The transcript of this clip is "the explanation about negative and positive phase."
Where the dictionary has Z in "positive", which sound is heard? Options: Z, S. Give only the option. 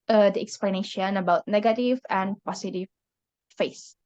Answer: S